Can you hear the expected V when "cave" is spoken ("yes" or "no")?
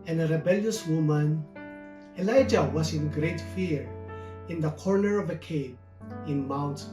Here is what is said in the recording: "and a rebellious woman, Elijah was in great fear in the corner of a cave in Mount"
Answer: no